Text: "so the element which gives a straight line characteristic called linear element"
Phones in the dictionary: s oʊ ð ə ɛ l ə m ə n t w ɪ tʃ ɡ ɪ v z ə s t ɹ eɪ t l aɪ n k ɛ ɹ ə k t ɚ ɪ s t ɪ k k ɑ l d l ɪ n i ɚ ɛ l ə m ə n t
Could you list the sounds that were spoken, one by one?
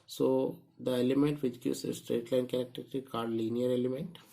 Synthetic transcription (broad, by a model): s oʊ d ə ɛ l ə m ə n t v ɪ tʃ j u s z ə s t ɹ eɪ t l aɪ n k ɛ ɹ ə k t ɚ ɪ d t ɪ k k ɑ d l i n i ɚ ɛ l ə m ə n t